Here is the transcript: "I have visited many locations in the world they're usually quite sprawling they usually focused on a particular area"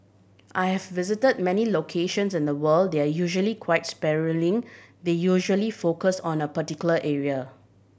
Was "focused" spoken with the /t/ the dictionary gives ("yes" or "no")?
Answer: no